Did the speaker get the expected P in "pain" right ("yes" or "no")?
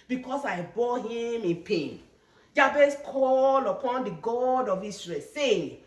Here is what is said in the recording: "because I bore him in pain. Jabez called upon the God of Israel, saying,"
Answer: yes